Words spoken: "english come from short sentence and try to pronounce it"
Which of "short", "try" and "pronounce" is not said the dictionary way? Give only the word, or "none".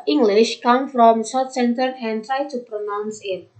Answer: short